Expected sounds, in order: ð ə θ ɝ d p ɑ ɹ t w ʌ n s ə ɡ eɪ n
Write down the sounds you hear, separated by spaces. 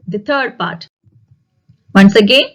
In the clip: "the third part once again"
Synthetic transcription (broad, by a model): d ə t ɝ d p ɑ ɹ t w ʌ n s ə ɡ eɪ n